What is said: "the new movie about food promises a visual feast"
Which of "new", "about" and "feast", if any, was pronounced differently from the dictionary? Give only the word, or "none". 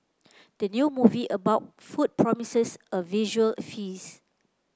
feast